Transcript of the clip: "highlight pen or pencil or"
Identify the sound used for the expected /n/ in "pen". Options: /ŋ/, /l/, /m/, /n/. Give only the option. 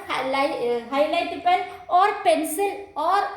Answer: /l/